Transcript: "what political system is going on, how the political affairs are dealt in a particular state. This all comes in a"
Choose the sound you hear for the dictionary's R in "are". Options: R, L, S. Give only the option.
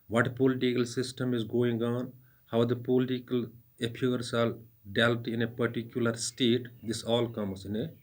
L